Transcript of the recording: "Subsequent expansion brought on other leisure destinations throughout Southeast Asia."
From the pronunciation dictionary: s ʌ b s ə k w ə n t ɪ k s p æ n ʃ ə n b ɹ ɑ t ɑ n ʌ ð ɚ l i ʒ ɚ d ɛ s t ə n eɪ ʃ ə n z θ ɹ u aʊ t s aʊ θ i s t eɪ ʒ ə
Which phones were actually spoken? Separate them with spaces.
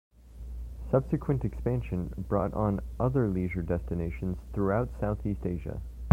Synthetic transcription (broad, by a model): s ʌ b s ə k w ə n t ɪ k s p æ n ʃ ə n b ɹ ɑ t n ʌ ð ɚ l i ʒ ɚ d ɛ s t ə n eɪ ʃ ə n z θ ɹ u aʊ t s aʊ θ i s t eɪ ʒ ə